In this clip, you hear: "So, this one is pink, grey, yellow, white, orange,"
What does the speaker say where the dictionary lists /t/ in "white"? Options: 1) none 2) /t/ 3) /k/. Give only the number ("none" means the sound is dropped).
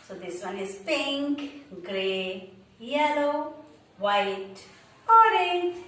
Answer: 2